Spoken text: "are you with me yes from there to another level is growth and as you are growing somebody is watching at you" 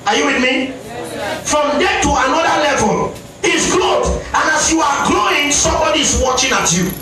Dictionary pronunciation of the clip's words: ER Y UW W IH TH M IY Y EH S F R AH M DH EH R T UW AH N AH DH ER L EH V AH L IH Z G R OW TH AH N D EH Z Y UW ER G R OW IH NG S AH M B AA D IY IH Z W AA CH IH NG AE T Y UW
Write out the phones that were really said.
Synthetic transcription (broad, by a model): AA Y UW W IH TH M IY F R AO M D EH T UW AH N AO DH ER L EH V AH L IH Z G L OW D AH N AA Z Y UW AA G L OW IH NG S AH M B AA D IY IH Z W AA CH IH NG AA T Y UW